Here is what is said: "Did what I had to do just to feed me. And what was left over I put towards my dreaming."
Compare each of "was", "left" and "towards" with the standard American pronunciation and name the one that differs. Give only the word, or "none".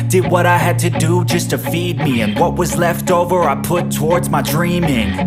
none